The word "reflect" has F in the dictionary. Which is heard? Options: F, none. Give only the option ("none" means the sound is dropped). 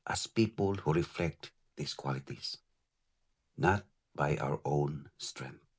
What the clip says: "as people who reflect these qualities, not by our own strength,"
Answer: F